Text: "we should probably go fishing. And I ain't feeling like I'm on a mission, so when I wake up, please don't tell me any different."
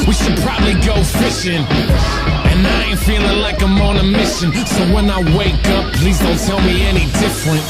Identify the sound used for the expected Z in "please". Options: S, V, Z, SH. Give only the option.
Z